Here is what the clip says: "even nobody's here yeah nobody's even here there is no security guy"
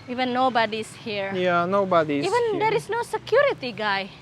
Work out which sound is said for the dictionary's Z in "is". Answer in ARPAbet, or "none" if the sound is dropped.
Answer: S